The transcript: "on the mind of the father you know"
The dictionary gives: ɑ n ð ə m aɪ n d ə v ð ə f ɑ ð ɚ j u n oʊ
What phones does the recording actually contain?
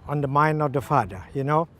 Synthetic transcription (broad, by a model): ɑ n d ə m aɪ n d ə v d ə f ɑ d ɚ j u n oʊ